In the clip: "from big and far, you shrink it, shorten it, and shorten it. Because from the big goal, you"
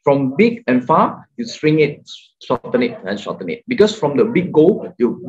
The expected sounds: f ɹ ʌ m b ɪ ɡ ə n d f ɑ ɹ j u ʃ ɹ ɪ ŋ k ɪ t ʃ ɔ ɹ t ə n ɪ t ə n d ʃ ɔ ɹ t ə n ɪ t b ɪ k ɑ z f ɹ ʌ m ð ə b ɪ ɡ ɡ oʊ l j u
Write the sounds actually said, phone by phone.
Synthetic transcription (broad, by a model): f ɹ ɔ m b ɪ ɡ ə n f ɑ j u s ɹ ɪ ŋ ɪ t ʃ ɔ t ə n ɪ t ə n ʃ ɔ t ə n ɪ t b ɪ k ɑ s f ɹ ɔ m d ə b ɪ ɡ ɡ oʊ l j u